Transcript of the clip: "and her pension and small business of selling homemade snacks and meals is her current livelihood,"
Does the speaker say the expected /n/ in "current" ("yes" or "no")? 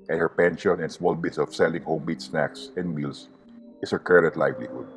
no